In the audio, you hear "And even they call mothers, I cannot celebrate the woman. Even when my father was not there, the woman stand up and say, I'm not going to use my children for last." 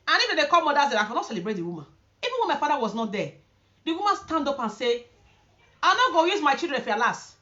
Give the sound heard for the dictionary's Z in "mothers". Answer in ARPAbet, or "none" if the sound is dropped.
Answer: none